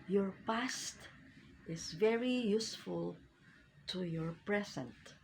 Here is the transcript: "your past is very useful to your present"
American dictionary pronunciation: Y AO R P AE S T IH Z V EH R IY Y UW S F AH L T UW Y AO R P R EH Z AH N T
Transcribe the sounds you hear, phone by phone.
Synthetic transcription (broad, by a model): Y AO R P AE S T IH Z V EH R IY Y UW S F AH L T UW Y AO R P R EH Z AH N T